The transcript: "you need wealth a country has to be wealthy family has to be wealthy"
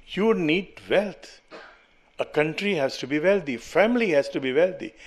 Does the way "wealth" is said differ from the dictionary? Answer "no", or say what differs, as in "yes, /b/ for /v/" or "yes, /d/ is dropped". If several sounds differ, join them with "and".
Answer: yes, /t/ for /θ/